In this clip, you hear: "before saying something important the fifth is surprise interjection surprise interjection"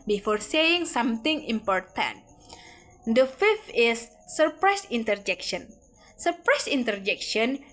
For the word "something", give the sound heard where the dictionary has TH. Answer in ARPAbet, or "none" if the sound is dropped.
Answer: T